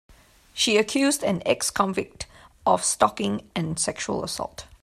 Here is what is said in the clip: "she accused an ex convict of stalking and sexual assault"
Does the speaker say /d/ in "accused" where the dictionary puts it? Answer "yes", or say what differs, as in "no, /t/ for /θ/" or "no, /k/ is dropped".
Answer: yes